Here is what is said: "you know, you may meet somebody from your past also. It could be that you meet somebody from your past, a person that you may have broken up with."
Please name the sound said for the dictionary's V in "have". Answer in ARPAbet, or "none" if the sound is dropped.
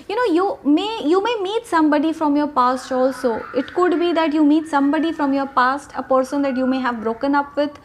V